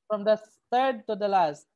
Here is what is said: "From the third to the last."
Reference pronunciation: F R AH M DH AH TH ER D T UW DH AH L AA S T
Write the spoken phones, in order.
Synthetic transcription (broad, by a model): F R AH M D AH T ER D T UW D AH L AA S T